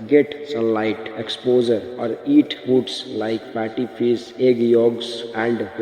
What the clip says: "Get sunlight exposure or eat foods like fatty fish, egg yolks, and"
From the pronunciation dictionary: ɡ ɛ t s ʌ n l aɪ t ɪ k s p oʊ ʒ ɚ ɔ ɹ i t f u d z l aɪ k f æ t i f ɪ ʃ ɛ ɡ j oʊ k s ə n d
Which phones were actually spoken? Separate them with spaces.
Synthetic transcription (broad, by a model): ɡ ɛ t s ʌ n l aɪ t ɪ k s p oʊ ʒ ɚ ɔ ɹ i t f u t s l aɪ k p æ t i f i s ɛ ɡ j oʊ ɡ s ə n d